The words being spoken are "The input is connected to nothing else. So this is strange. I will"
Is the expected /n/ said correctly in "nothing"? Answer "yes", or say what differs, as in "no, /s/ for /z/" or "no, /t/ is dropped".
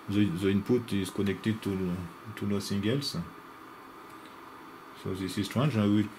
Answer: no, /l/ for /n/